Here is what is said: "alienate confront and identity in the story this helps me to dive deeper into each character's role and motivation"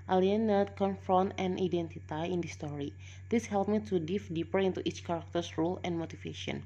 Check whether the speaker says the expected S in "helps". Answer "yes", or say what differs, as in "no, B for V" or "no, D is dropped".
no, S is dropped